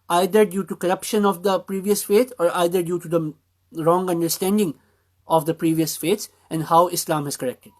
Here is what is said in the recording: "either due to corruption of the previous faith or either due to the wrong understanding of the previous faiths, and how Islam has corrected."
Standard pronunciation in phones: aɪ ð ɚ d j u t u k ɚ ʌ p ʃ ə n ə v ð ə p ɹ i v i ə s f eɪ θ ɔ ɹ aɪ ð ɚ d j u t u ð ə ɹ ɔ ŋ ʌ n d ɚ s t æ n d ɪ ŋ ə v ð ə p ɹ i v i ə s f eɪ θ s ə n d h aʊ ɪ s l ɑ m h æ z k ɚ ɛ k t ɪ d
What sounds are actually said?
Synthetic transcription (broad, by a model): aɪ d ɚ d j u t u k ɚ ʌ p ʃ ə n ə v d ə p ɹ i v i ə s f eɪ t ɔ ɹ aɪ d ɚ d j u t u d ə ɹ ɔ ŋ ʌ n d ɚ s t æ n d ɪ ŋ ə v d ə p ɹ i v i ə s f eɪ t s ə n d h aʊ ɪ s l ɑ m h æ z k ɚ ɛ k t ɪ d